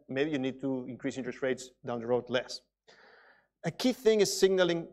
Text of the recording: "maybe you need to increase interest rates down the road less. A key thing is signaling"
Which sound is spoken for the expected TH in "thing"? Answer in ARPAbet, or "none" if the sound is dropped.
TH